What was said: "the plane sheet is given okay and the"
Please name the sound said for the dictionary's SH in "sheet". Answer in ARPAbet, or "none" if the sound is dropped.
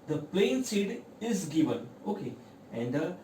S